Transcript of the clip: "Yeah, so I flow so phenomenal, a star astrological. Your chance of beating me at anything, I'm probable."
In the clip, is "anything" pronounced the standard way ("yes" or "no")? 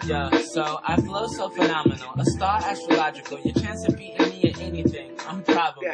yes